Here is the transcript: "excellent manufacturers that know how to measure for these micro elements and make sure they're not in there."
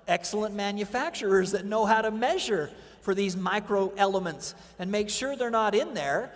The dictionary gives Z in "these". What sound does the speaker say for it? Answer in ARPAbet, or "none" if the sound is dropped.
Z